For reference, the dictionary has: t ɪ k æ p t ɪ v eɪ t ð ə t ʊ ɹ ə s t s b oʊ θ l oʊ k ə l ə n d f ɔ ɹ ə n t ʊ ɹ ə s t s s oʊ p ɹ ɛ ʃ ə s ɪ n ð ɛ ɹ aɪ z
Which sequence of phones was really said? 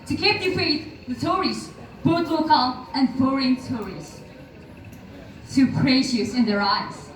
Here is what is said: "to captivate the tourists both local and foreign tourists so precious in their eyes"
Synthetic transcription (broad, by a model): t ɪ k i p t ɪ f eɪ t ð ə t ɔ ɹ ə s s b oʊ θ l oʊ k ə l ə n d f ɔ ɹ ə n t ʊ ɹ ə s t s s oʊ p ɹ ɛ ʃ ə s ɪ n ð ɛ ɹ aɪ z